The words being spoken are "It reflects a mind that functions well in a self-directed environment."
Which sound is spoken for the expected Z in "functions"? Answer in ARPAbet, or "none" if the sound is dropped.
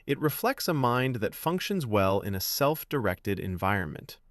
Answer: Z